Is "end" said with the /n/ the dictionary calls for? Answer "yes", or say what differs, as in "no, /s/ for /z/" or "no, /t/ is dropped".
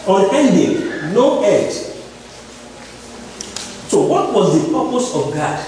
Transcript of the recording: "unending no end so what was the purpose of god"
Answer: no, /n/ is dropped